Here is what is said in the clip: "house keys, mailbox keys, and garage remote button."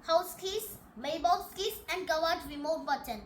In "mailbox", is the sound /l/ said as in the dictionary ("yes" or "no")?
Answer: no